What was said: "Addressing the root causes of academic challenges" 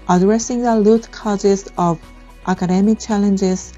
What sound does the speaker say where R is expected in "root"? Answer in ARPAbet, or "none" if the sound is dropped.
L